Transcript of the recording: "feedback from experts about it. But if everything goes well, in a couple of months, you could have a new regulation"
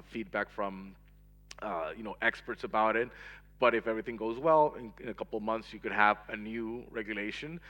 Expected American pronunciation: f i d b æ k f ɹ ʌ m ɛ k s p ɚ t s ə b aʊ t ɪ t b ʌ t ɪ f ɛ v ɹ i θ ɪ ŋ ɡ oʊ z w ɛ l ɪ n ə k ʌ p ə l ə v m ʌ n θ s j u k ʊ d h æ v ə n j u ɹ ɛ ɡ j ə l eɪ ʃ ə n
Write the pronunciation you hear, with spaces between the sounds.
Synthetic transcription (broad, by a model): f i d b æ k f ɹ ʌ m ɛ k s p ɚ t s ə b aʊ t ɪ t b ʌ t ɪ f ɛ v ɹ i θ ɪ ŋ ɡ oʊ z w ɛ l ɪ n ə k ʌ p l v m ʌ n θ s j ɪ k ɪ d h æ v ə n j u ɹ ɛ ɡ j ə l eɪ ʃ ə n